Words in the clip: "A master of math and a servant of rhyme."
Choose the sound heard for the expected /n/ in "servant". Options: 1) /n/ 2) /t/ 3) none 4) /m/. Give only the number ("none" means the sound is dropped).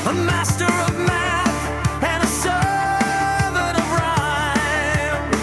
3